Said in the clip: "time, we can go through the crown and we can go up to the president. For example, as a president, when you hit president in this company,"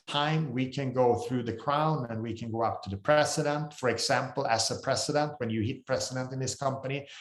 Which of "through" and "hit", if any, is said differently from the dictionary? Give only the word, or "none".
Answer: none